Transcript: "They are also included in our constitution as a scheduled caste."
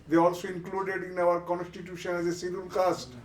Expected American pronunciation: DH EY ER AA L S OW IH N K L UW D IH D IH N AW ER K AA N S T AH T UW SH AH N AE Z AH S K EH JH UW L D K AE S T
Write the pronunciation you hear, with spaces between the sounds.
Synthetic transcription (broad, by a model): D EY AA L S OW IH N K L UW D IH D IH N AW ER K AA N S T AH T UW SH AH N AE Z AH S IY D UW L K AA S T